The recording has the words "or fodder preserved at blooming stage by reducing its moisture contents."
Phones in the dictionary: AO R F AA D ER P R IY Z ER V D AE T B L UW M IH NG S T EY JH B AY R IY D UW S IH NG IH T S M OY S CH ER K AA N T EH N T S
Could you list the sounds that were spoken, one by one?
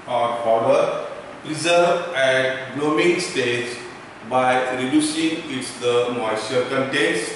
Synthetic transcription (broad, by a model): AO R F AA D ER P R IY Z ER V AE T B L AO M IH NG S T EY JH B AY R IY D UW S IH NG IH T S M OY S ER K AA N T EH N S